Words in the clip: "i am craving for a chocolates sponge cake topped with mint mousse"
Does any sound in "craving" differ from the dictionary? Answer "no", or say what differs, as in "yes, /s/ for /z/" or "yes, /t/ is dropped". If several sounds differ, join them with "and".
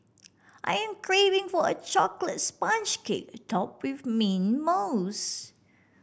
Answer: no